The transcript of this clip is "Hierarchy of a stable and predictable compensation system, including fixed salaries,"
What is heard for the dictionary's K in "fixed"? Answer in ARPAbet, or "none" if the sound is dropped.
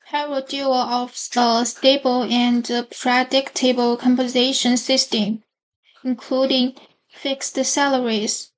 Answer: K